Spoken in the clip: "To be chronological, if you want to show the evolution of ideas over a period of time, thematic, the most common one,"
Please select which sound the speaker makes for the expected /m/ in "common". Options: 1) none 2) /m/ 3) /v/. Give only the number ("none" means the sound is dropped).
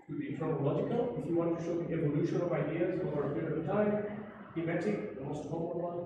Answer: 1